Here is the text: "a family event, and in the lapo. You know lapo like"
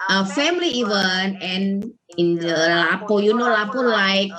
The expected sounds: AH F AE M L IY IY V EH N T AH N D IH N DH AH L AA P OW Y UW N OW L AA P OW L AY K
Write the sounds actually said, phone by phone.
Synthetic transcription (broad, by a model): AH F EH M L IY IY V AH N AH N IH N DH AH L AA P OW Y UW N OW L AA P OW L AY K